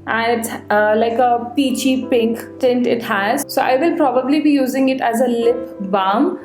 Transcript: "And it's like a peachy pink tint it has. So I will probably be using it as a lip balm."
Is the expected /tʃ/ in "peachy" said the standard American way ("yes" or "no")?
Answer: yes